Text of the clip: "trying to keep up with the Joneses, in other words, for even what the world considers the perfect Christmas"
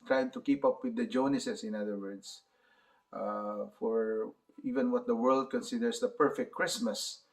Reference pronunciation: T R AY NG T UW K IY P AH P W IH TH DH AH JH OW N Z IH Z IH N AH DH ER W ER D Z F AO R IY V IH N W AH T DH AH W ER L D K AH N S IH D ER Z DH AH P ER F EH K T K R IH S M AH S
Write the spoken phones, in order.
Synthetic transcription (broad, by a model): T R AY T UW K IY P AH P W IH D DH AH JH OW N S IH S IH N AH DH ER W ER D S F AO R IY V IH N W AH T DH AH W ER L D K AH N S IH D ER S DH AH P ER F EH K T K R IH S M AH S